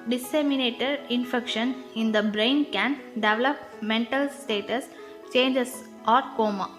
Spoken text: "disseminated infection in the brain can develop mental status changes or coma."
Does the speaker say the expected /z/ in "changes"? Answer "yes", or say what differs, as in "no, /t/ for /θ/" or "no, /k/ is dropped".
no, /s/ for /z/